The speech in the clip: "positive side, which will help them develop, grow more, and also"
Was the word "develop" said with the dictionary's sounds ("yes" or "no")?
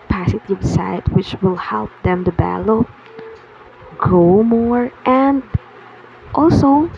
no